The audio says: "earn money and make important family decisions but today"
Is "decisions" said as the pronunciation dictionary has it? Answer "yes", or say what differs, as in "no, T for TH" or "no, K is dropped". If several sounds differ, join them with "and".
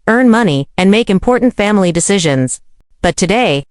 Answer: yes